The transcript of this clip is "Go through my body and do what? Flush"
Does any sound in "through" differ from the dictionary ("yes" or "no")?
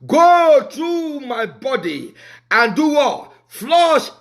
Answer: yes